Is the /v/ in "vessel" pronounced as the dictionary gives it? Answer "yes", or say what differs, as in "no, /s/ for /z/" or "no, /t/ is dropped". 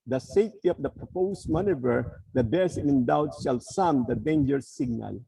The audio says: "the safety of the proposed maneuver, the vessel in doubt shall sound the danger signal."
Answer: no, /b/ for /v/